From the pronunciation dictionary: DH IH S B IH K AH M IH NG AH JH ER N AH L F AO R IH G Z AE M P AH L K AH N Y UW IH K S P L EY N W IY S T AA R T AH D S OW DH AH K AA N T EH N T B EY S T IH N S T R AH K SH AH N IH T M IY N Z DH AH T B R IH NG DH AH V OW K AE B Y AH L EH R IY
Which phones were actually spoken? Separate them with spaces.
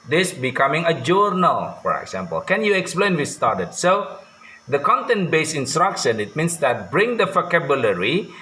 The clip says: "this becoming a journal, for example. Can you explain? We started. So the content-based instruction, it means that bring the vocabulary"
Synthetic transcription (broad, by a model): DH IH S B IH K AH M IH NG AH JH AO N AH L F AO R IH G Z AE M P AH L K AH N Y UW IH K S P L EY N W IY S T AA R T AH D S OW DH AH K AA N T EH N T B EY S IH N S T R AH K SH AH N IH T M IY N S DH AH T B R IH NG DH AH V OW K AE B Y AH L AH R IY